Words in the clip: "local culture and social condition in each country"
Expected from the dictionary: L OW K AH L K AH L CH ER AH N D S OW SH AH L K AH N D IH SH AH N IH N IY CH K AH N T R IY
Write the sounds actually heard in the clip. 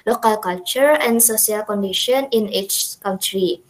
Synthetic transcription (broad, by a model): L OW K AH L K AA L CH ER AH N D S OW S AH L K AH N D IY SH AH N IH N IY CH K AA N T R IY